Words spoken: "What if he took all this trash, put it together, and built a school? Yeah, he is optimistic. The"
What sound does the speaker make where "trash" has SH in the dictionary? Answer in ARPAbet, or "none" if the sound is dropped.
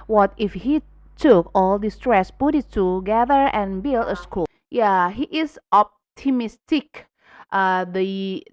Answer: S